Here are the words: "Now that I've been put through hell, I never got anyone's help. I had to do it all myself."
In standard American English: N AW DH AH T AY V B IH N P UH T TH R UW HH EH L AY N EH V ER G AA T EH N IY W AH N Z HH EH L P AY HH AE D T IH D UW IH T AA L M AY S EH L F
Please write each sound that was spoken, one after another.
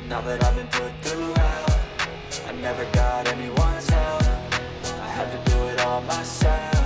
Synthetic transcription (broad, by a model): N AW DH AH T AY V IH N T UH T TH R UW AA AY N EH V ER G AA T EH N IY W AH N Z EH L F AY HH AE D T IH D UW IH T AA L M AY S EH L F